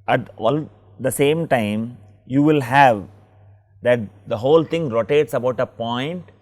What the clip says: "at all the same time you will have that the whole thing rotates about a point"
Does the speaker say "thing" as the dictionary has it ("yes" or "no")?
no